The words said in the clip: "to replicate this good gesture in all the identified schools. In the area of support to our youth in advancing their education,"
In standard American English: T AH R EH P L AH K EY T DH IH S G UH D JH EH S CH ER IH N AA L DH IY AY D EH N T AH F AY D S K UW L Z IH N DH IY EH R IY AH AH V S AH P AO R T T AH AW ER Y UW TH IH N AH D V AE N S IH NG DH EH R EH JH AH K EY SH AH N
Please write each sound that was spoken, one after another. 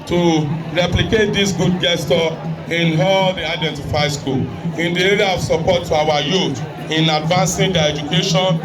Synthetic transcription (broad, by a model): T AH R EH P L AH K EY T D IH S G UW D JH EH S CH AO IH N AA L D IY AY D EH N T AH F AY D S K UW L IH N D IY EH R IY AH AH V S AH P AO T T AH AW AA Y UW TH IH N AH D V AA N S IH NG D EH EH JH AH K EY SH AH N